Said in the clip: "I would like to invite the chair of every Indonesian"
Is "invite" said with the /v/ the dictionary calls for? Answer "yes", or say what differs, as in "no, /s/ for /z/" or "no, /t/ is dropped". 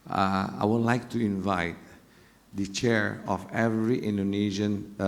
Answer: yes